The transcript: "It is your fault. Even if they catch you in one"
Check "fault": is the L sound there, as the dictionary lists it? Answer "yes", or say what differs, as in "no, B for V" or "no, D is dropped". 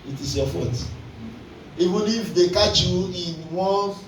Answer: no, L is dropped